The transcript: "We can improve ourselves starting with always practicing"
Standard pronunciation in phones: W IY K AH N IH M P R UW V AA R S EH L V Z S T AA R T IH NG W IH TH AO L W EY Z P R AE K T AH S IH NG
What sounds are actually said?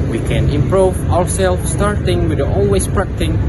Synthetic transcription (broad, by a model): W IY K AH N IH M P R UW V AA R S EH L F S T AA R T IH NG W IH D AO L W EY S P R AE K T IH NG